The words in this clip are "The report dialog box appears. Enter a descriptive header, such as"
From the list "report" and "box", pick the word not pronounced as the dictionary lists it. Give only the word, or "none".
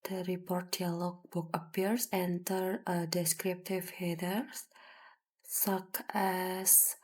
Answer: box